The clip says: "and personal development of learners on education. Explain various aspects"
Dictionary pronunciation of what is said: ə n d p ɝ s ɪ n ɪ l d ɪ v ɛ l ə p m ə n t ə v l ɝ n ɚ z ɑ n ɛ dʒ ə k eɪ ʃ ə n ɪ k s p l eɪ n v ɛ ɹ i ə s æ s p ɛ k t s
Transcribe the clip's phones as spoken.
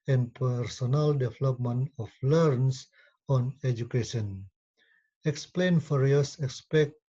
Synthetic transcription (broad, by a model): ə n p ɝ s ɪ n ɪ l d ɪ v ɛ l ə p m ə n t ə f l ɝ n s ɑ n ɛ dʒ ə k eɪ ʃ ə n ɪ k s p l eɪ n f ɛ ɹ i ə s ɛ s p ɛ k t